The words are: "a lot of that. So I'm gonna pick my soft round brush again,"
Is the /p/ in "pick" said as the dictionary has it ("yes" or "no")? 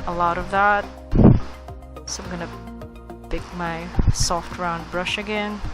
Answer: no